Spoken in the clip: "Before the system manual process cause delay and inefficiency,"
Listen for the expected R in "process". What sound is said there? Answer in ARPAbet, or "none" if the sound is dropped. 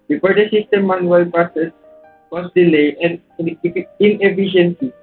none